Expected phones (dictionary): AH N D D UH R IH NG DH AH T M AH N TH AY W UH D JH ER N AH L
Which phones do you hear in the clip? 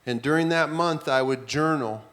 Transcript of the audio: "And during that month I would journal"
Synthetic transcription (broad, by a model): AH N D D UH R IH NG DH AH T M AH N TH AY W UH D JH ER N L